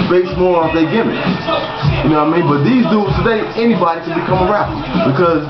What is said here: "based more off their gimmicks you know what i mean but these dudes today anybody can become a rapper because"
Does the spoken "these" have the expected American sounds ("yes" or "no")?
yes